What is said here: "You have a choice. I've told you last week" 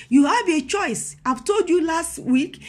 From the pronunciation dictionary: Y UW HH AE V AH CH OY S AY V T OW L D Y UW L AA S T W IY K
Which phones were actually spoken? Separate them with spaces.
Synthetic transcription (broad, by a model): Y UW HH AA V AH CH OY S AY V T OW L D Y UW L AA S T W IY K